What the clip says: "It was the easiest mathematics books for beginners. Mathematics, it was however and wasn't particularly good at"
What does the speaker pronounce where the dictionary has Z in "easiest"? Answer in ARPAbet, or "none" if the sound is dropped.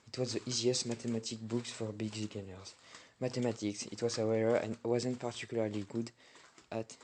Z